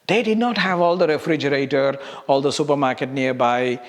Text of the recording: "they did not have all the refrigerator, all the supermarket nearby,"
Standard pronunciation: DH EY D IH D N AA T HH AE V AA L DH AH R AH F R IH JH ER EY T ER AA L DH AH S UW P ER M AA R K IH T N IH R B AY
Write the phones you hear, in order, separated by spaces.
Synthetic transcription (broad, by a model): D EY D IH D N AA T HH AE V AA L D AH R AH F R IH JH ER EY T ER AA L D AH S UW P ER M AA R K IH T N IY R B AY